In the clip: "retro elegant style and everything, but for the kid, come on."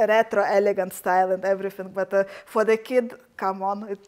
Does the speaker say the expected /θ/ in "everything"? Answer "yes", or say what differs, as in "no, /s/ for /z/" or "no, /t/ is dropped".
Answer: no, /f/ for /θ/